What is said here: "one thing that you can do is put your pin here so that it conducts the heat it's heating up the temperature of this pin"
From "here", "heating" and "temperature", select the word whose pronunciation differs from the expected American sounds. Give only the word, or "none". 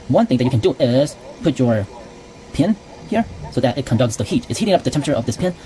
temperature